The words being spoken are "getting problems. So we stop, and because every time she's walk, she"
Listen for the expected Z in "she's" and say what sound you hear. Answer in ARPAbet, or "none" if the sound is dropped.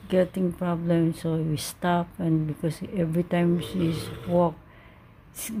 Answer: S